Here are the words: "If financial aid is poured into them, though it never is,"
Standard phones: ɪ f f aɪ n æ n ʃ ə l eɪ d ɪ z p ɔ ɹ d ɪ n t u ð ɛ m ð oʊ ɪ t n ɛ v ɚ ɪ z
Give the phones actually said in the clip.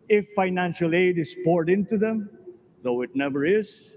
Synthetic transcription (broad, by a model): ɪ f f aɪ n æ n ʃ ə l eɪ d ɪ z p ɔ ɹ d ɪ n t u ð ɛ m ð oʊ ɪ t n ɛ v ɚ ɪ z